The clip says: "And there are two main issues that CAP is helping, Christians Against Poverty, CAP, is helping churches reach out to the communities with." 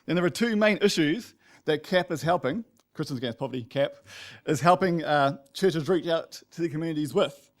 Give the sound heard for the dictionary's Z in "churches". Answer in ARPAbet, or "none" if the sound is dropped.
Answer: Z